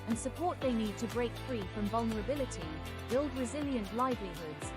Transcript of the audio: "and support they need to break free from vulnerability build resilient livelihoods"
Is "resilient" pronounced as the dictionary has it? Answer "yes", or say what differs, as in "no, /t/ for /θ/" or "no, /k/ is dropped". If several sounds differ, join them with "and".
yes